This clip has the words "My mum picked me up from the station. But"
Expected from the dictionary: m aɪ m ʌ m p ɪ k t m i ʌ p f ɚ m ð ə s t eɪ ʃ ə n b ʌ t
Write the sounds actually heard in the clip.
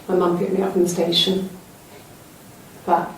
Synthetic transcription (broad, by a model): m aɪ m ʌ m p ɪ t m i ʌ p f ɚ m ð ə s t eɪ ʃ ə n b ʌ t